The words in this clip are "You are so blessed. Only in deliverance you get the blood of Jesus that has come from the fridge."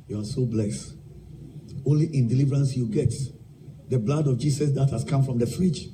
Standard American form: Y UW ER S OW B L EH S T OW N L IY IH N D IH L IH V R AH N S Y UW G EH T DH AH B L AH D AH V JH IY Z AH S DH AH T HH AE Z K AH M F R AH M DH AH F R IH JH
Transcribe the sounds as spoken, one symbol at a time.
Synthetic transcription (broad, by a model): Y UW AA S OW B L EH S T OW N L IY IH N D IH L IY V R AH N S Y UW G EH T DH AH B L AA D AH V JH IY S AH S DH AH T HH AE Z K AH M F R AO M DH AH F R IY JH